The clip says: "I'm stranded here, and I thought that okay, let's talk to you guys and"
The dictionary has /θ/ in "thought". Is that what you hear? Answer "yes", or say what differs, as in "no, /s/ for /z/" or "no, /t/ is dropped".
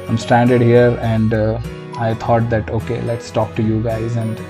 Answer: no, /t/ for /θ/